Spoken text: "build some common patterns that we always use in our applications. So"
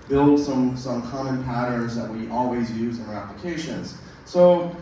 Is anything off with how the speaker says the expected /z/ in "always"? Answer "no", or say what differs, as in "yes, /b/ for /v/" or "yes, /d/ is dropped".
no